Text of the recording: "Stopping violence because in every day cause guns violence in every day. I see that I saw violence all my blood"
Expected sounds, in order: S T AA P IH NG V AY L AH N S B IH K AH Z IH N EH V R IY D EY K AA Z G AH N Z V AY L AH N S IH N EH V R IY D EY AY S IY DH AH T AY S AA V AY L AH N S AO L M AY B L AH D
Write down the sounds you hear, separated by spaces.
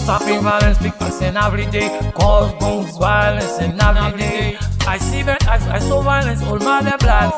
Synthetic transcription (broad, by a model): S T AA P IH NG V AY L AH N S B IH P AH S IH N EH V R IY D EY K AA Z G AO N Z V AY L AH N S IH N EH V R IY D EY AY S IY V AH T AY S AA V AY L AH N S AO L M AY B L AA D